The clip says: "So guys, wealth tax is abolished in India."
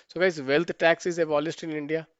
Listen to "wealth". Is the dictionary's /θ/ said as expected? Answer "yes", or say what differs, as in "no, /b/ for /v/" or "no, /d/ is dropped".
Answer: no, /t/ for /θ/